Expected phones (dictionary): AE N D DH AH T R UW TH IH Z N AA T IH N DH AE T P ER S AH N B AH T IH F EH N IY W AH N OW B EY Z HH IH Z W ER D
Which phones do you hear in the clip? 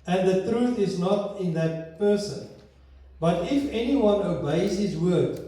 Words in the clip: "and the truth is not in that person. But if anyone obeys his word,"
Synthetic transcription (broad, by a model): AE N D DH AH T R UW TH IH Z N AA T IH N DH AE T P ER S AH N B AH T IH F EH N IY W AH N OW B EY Z HH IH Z W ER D